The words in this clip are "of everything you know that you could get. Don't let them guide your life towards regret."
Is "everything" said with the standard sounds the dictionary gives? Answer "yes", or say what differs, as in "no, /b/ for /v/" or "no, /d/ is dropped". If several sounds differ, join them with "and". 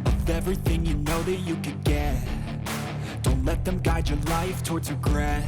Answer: yes